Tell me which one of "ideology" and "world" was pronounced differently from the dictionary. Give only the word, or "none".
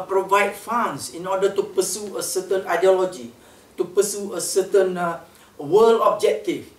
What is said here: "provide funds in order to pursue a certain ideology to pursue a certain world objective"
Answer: world